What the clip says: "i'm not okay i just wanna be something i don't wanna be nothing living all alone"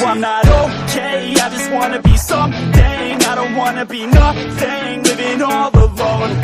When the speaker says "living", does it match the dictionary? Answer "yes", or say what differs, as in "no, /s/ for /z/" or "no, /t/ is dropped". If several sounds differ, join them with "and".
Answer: no, /w/ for /l/